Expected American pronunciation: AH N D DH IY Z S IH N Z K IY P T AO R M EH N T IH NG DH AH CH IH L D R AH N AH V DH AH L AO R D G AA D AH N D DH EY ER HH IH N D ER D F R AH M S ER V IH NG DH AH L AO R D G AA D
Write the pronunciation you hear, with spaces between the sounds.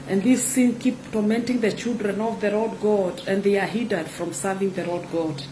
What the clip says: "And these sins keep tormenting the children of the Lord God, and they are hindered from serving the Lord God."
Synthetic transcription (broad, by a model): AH N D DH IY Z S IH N K IY P T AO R M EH N T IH NG DH AH CH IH L D R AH N AH V DH AH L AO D G AA D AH N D DH EY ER HH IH D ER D F R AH M S ER V IH NG DH AH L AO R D G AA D